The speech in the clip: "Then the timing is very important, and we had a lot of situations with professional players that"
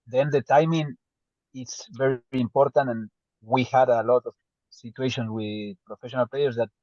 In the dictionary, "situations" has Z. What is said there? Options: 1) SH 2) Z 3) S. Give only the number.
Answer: 3